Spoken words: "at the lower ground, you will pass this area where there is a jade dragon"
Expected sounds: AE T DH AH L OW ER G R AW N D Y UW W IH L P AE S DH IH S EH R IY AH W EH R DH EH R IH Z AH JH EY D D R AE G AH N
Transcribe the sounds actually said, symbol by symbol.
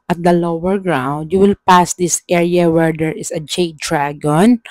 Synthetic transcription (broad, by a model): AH T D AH L OW ER G R AW N D Y UW W IH L P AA S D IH S EH R IY AH W EH R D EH R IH S AH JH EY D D R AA G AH N